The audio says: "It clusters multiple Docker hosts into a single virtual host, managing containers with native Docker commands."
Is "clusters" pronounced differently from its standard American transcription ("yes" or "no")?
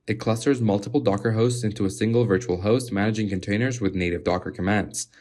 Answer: no